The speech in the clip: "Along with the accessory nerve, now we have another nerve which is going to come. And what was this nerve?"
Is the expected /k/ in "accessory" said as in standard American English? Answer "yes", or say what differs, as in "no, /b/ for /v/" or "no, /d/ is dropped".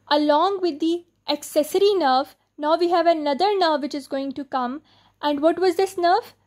yes